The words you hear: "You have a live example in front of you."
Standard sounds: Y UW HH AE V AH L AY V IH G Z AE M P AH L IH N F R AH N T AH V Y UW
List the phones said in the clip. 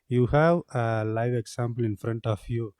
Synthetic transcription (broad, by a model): Y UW HH AE V AH L AY V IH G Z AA M P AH L IH N F R AH N T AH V Y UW